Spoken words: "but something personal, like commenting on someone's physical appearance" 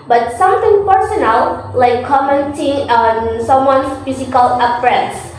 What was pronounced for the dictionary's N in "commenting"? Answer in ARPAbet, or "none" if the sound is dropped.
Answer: N